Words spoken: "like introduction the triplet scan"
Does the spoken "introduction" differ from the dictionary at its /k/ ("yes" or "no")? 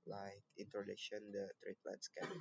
yes